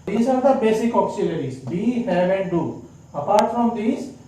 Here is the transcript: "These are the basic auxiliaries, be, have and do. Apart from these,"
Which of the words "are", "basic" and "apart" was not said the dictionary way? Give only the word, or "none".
none